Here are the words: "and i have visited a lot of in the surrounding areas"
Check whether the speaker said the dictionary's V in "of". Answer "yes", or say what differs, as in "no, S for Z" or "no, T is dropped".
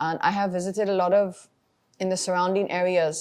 yes